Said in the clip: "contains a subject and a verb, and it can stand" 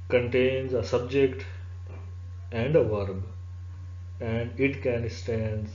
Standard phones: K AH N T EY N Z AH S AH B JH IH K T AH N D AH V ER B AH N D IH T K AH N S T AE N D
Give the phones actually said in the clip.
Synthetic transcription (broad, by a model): K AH N T EY N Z AH S AH B JH IH K T AH N D AH V ER B AH N D IH T K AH N S T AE N D